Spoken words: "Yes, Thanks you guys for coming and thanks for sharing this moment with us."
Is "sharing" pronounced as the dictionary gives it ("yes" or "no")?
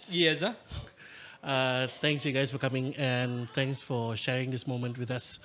yes